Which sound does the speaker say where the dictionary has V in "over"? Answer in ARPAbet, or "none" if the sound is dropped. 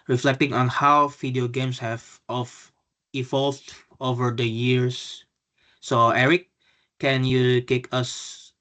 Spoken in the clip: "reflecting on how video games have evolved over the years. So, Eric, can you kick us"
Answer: V